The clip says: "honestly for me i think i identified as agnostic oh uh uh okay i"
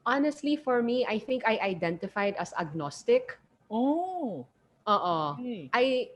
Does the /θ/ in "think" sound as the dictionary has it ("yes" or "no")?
yes